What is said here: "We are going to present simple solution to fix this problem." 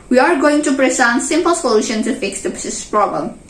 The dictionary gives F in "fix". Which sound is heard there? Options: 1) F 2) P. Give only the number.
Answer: 1